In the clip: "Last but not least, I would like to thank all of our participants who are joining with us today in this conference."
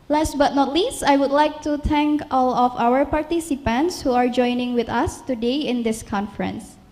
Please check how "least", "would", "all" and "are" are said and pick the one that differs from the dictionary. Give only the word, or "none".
none